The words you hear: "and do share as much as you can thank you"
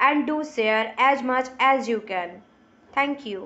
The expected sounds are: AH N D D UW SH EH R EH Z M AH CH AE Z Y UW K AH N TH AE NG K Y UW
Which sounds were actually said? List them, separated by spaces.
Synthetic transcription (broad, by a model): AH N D D UW S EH R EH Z M AH CH AE Z Y UW K AH N T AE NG K Y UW